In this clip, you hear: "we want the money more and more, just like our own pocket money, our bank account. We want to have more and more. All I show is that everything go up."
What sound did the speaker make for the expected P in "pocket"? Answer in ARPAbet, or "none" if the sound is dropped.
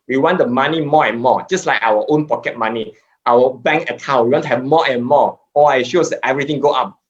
P